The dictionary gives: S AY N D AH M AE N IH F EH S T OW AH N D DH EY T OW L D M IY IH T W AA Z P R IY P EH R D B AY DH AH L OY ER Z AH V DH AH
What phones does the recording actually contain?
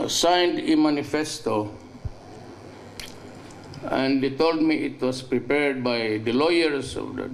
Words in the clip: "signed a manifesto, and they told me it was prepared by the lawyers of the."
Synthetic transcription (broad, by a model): S AY N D AH M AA N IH F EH S T OW AH N D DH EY T OW L D M IY IH T W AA S P R IY P EH R D B AY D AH L OY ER S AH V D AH